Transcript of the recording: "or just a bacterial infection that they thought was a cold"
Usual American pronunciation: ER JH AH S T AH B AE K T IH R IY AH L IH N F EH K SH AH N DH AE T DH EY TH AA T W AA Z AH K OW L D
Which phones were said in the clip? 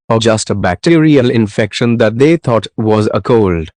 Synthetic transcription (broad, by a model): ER JH AH S T AH B AE K T IH R IY AH L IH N F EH K SH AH N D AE T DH EY T AA T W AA Z AH K OW L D